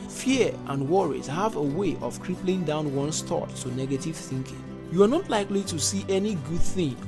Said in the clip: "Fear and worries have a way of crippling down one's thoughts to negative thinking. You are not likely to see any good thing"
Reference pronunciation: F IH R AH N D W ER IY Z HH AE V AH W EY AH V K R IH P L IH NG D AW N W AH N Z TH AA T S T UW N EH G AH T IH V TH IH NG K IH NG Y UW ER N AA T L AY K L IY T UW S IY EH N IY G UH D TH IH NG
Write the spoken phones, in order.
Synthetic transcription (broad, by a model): F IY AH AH N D W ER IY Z HH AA V AH W EY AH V K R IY P L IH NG D AW N W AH N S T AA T T UW N EH G AH T IH V TH IH NG K IH NG Y UW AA N AA T L AY K L IY T UW S IY EH N IY G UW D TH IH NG